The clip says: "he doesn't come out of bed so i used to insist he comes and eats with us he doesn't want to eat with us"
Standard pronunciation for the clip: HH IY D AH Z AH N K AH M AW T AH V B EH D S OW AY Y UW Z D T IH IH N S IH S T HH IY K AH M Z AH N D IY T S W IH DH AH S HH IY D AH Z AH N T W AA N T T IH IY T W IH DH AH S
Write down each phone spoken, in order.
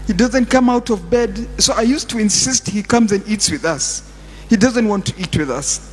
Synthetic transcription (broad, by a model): HH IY D AH Z AH N K AH M AW T AH V B EH D S OW AY Y UW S T IH IH N S IH S T HH IY K AH M Z AH N D IY T S W IH DH AH S HH IY D AH Z AH N T W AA N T T IH IY T W IH DH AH S